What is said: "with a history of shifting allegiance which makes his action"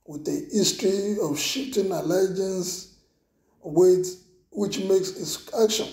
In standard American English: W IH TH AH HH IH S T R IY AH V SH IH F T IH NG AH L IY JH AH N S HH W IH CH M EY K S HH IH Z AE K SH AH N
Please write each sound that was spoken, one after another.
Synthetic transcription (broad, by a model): W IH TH AH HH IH S T R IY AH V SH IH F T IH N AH L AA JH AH N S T W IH CH M EY K S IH S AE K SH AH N